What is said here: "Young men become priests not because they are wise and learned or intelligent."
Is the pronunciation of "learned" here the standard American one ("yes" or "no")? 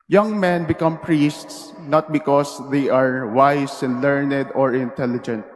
yes